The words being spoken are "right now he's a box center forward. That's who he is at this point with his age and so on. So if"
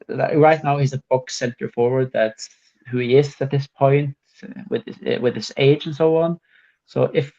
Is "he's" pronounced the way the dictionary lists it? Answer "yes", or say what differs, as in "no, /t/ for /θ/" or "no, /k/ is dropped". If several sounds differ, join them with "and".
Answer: yes